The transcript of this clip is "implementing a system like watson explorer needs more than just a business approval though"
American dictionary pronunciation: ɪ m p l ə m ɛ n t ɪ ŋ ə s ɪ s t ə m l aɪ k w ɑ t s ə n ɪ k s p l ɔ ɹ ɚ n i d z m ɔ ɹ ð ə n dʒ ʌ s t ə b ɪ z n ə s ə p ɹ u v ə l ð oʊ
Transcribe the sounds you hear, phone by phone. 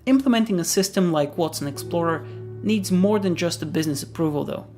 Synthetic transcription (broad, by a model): ɪ m p l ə m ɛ n t ɪ ŋ ə s ɪ s t ə m l aɪ k w ɑ t s ə n ɪ k s p l ɔ ɹ ɚ n i d z m ɔ ɹ ð ə n dʒ ʌ s t ə b ɪ z n ə s ə p ɹ u v ə l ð oʊ